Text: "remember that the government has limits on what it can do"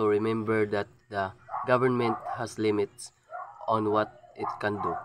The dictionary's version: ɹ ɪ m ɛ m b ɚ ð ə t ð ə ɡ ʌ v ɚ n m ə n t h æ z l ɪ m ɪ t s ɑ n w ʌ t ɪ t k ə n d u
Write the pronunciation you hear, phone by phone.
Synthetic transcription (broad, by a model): ɹ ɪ m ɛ m b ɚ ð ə t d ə ɡ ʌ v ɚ n m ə n t h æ s l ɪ m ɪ t s ɑ n w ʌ t ɪ t k ə n d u